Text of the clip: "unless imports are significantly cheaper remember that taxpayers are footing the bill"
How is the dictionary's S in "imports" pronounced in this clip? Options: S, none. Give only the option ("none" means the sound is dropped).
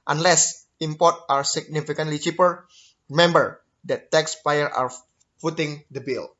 none